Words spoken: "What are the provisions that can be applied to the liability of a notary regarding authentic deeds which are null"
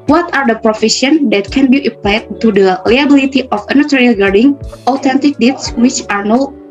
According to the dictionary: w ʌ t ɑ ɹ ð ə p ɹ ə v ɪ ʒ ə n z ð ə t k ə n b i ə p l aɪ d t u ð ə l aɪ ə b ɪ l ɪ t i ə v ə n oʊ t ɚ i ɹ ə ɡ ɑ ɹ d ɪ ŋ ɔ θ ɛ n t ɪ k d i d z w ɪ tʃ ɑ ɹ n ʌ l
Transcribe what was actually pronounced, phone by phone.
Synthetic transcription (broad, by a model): w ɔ t ɑ ɹ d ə p ɹ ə f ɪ ʃ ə n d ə t k ə n b i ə p l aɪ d t u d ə l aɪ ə b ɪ l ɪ t i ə f ə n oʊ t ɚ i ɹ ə ɡ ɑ ɹ d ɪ ŋ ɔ t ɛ n t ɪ k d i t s w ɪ tʃ ɑ ɹ n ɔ